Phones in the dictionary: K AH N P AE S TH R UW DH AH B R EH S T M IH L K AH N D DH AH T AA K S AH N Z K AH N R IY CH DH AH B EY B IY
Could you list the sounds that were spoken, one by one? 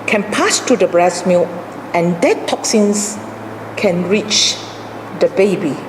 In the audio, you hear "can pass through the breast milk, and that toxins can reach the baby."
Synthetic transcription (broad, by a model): K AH N P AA S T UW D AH B R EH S M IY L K AH N D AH T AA K S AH N S K AH N R IY CH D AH B EY B IY